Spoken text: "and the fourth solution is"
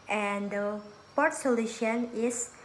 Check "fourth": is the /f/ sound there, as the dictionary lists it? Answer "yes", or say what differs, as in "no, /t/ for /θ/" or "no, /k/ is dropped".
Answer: no, /p/ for /f/